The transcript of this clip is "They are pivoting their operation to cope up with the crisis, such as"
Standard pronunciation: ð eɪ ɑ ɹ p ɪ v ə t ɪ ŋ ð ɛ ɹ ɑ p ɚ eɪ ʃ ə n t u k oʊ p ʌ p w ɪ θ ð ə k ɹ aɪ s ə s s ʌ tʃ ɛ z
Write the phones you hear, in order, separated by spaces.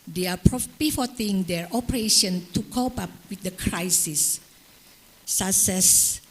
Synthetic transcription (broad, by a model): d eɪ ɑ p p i f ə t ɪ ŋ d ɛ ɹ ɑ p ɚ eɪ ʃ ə n t u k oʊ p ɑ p w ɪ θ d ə k ɹ aɪ s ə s s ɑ s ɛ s